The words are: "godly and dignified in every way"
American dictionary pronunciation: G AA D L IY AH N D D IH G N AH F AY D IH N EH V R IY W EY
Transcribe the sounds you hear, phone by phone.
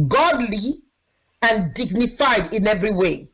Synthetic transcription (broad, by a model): G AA D L IY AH N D D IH G N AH F AY D IH N EH V R IY W EY